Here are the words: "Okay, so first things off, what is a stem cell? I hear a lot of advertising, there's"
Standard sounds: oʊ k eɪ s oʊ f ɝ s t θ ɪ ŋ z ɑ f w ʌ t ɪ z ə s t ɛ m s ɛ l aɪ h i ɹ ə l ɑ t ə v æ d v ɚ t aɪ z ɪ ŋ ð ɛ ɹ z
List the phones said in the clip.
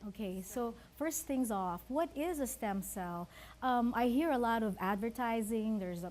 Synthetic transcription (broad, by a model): oʊ k eɪ s oʊ f ɝ s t θ ɪ ŋ z ɑ f w ʌ t ɪ z ə s t ɛ m s ɛ l aɪ h i ɹ ə l ɑ t ə v æ d v ɚ t aɪ z ɪ ŋ ð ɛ ɹ z